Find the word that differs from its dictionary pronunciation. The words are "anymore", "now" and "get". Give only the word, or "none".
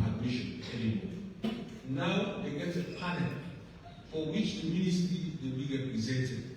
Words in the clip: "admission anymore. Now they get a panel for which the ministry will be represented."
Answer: anymore